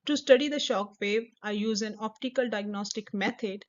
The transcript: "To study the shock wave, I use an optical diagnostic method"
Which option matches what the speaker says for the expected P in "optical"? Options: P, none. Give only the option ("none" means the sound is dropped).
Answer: P